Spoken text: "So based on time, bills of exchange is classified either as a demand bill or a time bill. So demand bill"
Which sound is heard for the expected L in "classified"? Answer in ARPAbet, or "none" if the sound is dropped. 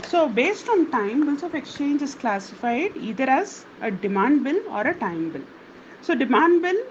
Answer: L